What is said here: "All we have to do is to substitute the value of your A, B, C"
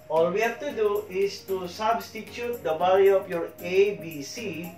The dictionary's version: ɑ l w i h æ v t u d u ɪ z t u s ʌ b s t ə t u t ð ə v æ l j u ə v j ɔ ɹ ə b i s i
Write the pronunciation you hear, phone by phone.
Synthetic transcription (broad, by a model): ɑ l w i h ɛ f t u d u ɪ s t u s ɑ b s t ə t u t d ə b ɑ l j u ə f j ɔ ɹ ə b i s i